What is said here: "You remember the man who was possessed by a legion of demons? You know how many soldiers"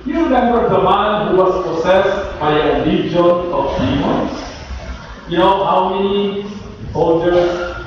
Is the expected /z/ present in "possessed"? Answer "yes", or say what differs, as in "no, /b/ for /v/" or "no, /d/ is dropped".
no, /s/ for /z/